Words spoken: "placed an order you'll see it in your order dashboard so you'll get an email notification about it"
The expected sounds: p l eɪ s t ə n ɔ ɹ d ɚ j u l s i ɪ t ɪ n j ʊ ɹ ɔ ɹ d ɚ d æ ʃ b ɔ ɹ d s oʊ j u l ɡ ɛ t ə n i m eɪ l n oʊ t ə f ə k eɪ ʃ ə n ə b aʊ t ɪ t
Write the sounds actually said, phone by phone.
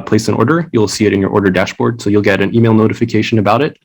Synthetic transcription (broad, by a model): p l eɪ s ə n ɔ ɹ d ɚ j u l s i ɪ t ɪ n j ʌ ɹ ɔ ɹ d ɚ d æ ʃ b ɔ ɹ d s oʊ j u l ɡ ɛ t ə n i m eɪ l n oʊ t ə f ə k eɪ ʃ ə n ə b aʊ t ɪ t